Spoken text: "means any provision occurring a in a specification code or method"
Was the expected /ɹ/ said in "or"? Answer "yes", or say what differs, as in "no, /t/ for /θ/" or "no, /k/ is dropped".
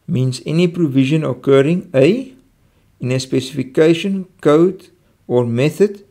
yes